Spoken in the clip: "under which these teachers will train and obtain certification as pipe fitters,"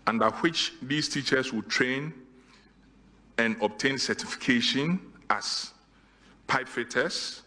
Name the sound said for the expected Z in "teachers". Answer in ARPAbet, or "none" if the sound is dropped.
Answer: S